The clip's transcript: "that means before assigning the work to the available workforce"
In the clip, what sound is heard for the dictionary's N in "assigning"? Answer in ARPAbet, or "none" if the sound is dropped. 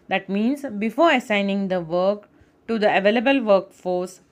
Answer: N